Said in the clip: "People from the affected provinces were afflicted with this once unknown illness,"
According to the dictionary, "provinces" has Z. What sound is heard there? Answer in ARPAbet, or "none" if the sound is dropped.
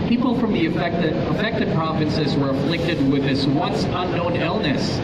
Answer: Z